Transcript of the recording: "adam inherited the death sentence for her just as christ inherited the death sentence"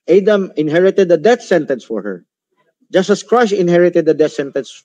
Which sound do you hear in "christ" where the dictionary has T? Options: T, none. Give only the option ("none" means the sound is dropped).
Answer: none